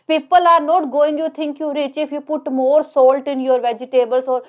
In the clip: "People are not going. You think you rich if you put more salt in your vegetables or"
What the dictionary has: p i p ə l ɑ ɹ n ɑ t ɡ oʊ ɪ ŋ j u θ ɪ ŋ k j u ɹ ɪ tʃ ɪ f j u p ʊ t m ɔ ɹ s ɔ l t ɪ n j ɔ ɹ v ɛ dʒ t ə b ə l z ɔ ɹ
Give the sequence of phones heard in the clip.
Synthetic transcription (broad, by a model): p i p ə l ɑ ɹ n ɑ t ɡ oʊ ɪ ŋ j u t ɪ ŋ k j u ɹ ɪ tʃ ɪ f j u p ʊ t m ɔ ɹ s ɔ l t ɪ n j ɔ ɹ v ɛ dʒ t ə b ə l s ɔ ɹ